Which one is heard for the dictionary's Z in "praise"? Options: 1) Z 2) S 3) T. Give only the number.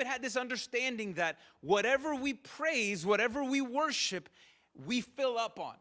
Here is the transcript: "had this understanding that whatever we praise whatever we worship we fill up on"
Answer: 1